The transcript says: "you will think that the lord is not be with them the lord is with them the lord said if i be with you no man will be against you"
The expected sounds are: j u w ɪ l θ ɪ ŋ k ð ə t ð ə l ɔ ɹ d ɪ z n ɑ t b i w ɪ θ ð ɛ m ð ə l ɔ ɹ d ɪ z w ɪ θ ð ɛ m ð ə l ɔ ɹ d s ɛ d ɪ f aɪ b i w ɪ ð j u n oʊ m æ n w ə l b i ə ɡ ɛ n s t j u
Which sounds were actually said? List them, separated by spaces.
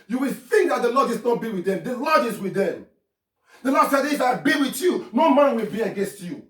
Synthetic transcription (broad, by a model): j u w ɪ l θ ɪ ŋ k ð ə t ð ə l ɔ d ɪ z n ɑ t b i w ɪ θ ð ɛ m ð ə l ɔ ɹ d ɪ z w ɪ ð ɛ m ð ə l ɔ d s ɛ d ɪ f aɪ b i w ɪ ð j u n oʊ m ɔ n w ə l b i ə ɡ ɛ n s t j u